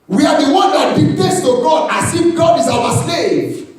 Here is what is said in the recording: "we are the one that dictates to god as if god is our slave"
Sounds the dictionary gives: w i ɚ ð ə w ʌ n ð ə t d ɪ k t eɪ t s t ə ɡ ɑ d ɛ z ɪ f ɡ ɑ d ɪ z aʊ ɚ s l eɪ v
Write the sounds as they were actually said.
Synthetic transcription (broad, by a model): w i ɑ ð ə w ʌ n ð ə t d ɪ t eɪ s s t ə ɡ ɑ d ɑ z ɪ f ɡ ɑ d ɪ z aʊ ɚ s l eɪ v